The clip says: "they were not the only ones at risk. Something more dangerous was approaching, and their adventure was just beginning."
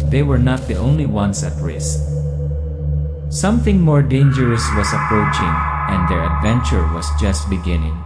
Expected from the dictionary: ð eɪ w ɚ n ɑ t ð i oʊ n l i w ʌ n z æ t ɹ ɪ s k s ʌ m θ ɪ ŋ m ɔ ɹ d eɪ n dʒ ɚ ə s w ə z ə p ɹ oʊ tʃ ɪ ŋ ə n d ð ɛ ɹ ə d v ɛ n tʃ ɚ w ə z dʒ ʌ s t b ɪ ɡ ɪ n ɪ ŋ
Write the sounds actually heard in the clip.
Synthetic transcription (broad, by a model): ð eɪ w ɚ n ɑ t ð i oʊ n l i w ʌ n s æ t ɹ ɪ s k s ʌ m θ ɪ ŋ m ɔ ɹ d eɪ n dʒ ɚ ə s w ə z ə p ɹ oʊ tʃ ɪ ŋ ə n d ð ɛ ɹ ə d v ɛ n tʃ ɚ w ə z dʒ ʌ s t b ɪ ɡ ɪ n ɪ ŋ